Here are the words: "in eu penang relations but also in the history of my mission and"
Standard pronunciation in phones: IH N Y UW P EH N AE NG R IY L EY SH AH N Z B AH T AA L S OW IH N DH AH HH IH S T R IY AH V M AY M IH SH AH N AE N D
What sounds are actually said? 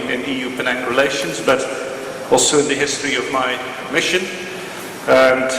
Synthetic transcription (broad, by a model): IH N Y UW P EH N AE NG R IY L EY SH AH N Z B AH T AA L S OW IH N DH AH HH IH S T R IY AH V M AY M IH SH AH N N